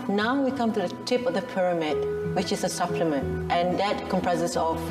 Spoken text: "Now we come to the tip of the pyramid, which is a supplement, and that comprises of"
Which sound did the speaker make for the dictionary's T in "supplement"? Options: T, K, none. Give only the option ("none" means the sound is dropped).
T